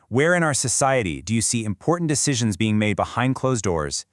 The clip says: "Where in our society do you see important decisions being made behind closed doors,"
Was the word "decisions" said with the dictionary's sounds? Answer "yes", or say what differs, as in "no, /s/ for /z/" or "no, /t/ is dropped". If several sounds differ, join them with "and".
yes